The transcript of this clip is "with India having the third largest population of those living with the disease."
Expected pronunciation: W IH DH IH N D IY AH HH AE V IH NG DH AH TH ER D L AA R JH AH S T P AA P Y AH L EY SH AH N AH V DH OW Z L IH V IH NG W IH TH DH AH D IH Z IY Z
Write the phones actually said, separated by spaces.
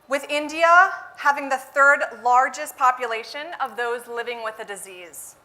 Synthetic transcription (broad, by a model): W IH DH IH N D IY AH HH AE V IH NG DH AH TH ER D L AA R JH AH S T P AA P Y AH L EY SH AH N AH V DH OW Z L IH V IH NG W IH DH AH D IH Z IY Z